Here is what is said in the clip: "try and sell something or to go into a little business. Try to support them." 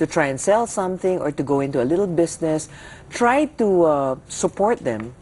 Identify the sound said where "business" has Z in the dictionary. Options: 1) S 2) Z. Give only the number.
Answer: 1